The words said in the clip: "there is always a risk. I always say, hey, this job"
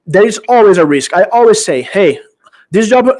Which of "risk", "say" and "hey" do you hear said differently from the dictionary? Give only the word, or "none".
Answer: none